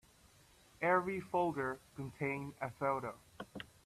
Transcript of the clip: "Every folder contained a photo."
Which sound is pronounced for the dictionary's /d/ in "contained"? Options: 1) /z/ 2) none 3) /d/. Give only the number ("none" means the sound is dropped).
2